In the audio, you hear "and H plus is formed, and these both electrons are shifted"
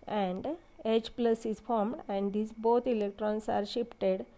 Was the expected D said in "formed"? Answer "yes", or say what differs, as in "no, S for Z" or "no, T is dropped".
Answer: yes